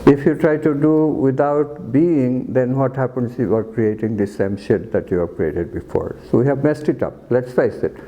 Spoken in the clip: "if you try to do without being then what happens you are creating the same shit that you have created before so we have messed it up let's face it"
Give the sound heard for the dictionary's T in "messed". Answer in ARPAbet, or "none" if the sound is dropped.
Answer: T